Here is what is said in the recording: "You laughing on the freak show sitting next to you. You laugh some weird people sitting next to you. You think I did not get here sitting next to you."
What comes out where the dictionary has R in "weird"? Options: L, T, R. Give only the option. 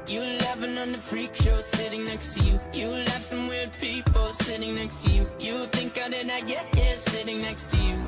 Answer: L